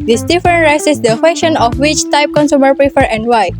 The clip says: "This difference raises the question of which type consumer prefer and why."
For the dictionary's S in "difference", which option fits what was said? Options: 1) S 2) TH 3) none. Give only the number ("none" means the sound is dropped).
3